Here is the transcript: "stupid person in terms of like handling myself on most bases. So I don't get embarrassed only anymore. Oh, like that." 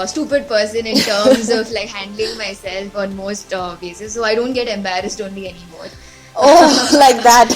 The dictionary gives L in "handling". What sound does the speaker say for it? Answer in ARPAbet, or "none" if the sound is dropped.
L